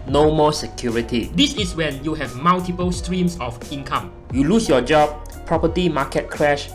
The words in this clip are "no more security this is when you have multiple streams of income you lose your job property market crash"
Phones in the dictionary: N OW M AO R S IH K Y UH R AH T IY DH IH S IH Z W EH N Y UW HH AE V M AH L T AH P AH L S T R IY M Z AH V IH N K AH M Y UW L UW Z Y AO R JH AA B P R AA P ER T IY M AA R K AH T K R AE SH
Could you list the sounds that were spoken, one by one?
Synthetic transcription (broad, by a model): N OW M AO S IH K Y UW R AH T IY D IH S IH S W EH N Y UW HH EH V M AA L T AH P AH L S T R IY M S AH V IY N K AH M Y UW L UW S Y AO JH AA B P R AA P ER T IY M AA K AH T K R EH SH